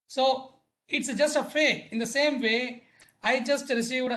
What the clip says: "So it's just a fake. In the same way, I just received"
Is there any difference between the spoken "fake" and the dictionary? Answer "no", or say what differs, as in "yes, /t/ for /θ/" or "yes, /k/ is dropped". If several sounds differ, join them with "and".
yes, /k/ is dropped